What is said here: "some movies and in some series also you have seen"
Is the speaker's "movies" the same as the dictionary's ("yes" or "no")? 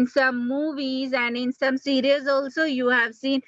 yes